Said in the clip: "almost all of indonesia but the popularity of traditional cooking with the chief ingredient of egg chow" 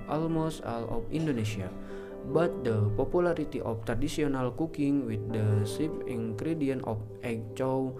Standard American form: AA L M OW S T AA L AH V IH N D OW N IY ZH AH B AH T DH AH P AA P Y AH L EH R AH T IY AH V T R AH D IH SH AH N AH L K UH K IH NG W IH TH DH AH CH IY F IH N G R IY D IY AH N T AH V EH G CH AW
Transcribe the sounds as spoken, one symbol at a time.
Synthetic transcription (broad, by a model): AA L M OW S T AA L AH F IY N D OW N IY S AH B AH T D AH P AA P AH L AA R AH T IY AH F T R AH D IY S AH N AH L K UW K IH NG W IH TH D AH S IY P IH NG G R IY D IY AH N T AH F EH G CH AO